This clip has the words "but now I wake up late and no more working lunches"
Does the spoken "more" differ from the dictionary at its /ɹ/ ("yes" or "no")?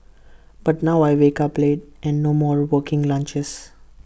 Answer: no